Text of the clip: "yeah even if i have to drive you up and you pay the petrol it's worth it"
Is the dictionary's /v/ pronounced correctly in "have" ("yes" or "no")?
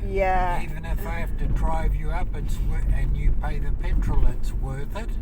no